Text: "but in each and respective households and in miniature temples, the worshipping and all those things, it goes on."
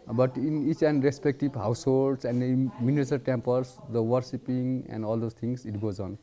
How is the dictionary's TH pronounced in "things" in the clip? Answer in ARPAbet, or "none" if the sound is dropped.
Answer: T